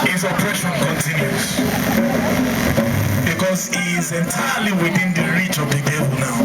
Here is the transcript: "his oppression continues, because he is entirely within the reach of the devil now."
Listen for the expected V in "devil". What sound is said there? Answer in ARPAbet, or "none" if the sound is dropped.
V